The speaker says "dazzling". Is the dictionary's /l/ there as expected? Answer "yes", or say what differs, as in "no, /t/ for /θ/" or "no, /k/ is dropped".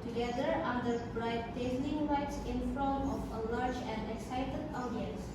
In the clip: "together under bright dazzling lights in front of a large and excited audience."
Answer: no, /n/ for /l/